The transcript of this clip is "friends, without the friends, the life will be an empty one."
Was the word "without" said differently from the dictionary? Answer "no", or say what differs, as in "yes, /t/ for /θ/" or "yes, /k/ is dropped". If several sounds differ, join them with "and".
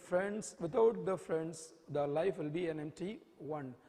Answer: yes, /t/ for /θ/